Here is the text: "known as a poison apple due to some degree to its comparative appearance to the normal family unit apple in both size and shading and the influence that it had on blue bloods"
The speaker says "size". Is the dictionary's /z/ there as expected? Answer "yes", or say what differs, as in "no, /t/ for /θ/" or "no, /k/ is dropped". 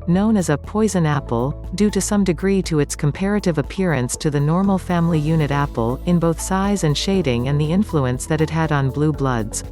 yes